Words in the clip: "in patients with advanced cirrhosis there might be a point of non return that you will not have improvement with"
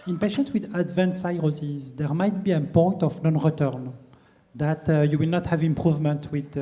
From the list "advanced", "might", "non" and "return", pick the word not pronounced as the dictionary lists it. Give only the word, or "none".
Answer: advanced